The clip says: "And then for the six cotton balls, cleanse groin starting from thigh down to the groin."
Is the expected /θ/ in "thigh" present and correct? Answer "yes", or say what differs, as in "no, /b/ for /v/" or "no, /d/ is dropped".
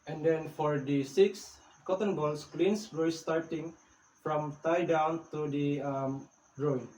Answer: no, /t/ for /θ/